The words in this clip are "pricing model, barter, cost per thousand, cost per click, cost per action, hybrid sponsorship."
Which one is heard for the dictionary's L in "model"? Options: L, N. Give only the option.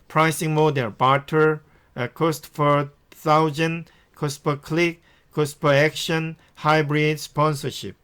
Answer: N